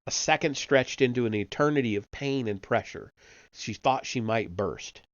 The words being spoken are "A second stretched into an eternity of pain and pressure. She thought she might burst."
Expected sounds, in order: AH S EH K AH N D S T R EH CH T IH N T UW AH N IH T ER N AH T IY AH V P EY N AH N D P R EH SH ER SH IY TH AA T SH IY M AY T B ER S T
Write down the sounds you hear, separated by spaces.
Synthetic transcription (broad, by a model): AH S EH K AH N D S T R EH CH T IH N T UW AH N IH T ER N AH T IY AH V P EY N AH N P R EH SH ER SH IY TH AA T SH IY M AY T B ER S T